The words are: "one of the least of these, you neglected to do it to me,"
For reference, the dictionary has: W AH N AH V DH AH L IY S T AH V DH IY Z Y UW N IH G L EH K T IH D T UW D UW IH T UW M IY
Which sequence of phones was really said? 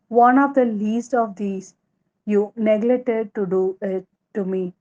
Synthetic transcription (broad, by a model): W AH N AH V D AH L IY S T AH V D IY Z Y UW N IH G L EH T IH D T UW D UW IH T UW M IY